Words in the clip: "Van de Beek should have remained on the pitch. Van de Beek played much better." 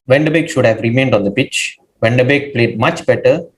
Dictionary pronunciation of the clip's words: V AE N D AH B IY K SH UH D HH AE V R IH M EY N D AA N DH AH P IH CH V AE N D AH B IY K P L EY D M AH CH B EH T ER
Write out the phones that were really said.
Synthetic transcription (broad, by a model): V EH N D AH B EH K SH UH D HH AE V R IH M EY N D AA N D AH B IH CH V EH N D AH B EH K P L EY D M AH CH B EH T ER